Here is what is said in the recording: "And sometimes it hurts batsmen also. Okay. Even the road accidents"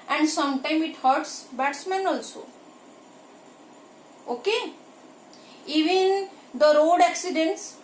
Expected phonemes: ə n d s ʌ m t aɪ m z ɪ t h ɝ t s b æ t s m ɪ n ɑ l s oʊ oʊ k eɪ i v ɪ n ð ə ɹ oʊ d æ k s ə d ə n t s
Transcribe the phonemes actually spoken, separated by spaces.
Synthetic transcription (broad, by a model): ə n d s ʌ m t aɪ m ɪ t h ɝ t s b æ t s m ɪ n ɑ l s oʊ oʊ k eɪ i v ɪ n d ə ɹ oʊ d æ k s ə d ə n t s